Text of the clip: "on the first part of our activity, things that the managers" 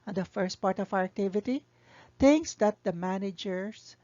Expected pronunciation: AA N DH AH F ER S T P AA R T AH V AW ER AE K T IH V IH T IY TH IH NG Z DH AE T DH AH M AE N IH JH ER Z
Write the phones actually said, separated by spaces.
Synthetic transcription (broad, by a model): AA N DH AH F ER S T P AA R T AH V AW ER AE K T IH V IH T IY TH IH NG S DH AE T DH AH M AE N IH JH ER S